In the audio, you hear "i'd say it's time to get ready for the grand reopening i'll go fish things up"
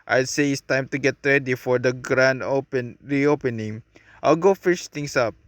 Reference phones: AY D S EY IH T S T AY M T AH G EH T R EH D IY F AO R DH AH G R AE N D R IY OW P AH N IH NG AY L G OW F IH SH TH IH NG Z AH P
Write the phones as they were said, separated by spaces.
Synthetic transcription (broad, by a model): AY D S EY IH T S T AY M T AH G EH T R EH D IY F AO R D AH G R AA N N R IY OW P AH N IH NG AY L G OW F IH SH T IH NG S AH P